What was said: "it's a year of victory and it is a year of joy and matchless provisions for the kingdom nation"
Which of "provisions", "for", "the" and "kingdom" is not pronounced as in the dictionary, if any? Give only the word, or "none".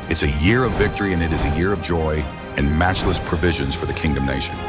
none